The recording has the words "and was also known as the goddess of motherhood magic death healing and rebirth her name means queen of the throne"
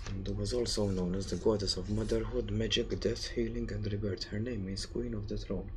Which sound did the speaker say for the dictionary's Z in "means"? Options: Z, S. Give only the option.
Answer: S